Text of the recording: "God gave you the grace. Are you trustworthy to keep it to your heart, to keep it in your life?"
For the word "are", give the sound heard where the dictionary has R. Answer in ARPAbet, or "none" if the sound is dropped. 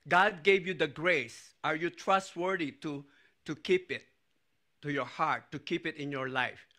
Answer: R